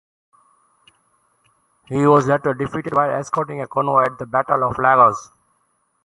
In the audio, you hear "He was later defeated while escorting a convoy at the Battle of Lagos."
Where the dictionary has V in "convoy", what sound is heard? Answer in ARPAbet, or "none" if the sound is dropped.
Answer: none